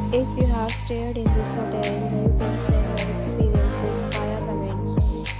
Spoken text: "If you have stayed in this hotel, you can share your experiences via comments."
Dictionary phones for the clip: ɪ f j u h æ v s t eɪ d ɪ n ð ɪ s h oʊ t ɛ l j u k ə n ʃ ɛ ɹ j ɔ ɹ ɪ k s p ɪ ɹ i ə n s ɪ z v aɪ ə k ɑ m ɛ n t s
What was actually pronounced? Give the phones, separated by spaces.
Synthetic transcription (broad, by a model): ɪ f j u h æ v s t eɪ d ɪ n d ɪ s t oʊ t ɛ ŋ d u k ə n s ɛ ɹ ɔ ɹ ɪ k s p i ɹ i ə n s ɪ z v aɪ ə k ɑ m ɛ n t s